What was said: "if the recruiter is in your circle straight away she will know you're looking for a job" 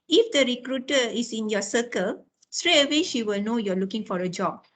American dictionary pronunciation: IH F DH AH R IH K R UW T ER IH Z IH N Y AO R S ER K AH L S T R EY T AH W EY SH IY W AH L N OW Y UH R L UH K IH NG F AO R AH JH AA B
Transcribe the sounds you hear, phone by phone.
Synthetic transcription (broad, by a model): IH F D AH R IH K R UW T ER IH S IH N Y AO S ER K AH L S T R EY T AH W EY SH IY W AH L N OW Y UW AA L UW K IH NG F AO R AH JH AA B